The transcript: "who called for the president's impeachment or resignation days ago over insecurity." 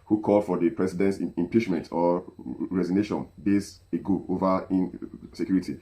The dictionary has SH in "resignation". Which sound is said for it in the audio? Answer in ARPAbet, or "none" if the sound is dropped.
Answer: SH